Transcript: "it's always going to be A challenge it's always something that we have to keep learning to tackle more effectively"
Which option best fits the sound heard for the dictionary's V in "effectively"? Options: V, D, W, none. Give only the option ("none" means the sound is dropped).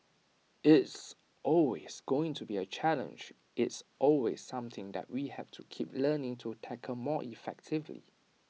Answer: V